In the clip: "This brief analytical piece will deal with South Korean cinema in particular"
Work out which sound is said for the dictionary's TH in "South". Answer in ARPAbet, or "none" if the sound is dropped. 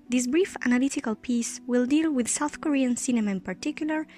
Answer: TH